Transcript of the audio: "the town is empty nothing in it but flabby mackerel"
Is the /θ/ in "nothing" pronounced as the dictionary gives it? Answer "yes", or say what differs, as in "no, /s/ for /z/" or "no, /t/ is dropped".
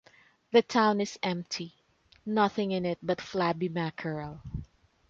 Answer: yes